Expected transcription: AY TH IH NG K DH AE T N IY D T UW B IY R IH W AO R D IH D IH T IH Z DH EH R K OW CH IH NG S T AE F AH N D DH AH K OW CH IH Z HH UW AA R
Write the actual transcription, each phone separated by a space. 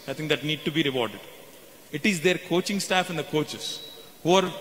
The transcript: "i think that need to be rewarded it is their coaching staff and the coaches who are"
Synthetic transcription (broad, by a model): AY T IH NG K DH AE T N IY D T UW B IY R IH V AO R D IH D IH T IH Z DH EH R K OW CH IH NG S T AE F AH N D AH K OW CH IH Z HH UW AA R